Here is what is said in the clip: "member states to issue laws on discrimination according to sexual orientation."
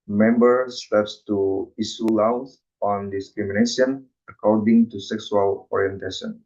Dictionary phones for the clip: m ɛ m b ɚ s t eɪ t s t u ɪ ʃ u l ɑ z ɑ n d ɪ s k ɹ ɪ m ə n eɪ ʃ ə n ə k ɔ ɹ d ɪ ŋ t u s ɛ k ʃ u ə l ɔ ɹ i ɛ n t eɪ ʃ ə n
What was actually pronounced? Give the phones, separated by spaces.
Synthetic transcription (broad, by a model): m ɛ m b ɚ s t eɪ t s t u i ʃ u l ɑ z ɑ n d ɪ s k ɹ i m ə n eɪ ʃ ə n ə k ɔ ɹ d ɪ ŋ t u s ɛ k s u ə l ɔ ɹ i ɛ n t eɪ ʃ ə n